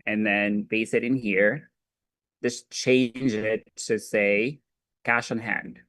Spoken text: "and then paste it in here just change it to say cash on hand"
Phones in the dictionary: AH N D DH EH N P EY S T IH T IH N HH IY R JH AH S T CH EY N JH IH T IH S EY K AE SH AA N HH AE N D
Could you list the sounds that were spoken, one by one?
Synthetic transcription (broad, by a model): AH N DH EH N B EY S IH T IH N HH IY R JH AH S CH EY N JH IH T IH S EY K AE SH N HH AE N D